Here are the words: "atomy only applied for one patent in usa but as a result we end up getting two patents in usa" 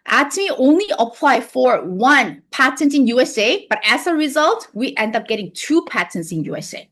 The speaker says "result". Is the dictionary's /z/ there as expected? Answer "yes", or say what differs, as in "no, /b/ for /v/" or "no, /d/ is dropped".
yes